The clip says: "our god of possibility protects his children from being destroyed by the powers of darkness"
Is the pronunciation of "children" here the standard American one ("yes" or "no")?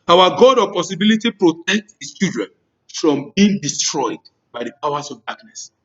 no